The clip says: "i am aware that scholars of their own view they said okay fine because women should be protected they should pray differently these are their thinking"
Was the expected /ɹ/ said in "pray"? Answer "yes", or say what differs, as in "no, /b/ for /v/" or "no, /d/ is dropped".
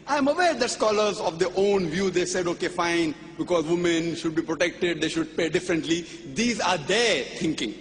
no, /ɹ/ is dropped